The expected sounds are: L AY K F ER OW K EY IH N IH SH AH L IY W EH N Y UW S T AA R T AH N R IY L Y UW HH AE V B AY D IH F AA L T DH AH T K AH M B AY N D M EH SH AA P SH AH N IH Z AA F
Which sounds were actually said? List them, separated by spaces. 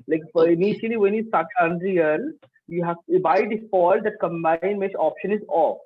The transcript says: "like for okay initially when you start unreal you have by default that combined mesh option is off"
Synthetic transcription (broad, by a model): L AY K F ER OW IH N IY SH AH L IY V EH N Y UW S T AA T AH N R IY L Y UW HH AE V B AY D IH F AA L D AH T K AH M B AY N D M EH S AA P SH AH N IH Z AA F